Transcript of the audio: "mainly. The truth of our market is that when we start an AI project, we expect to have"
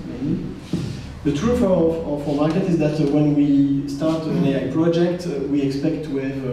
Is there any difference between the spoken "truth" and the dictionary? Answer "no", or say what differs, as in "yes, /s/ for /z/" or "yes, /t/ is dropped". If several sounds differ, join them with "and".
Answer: yes, /f/ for /θ/